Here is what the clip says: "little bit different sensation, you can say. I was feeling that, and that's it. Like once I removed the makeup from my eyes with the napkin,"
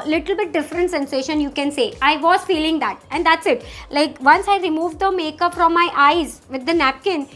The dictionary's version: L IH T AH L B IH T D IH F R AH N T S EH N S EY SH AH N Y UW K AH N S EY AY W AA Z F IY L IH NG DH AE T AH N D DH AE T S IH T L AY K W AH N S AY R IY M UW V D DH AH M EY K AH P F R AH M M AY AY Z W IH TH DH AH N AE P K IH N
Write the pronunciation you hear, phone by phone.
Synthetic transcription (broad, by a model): L IH T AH L B IH T D IH F R AH N T S EH N S EY SH AH N Y UW K AH N S EY AY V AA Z F IY L IH NG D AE T AH N D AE T S IH T L AY K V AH N S AY R IY M UW V D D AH M EY K AH P F R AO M M AY AY Z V IH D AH N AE P K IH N